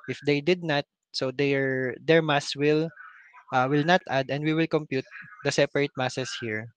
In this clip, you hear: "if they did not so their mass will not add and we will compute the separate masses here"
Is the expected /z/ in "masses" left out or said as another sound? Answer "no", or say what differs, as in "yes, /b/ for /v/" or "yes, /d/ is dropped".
yes, /s/ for /z/